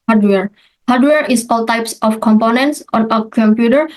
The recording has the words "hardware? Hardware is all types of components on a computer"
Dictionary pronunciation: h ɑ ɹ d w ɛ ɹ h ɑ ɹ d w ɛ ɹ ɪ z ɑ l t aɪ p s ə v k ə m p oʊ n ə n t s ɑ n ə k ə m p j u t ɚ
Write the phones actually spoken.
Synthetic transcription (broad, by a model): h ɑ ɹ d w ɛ ɹ h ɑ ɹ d w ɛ ɹ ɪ s ɑ l t aɪ p s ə f k ə m p oʊ n ə n t s ɑ n ə k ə m p j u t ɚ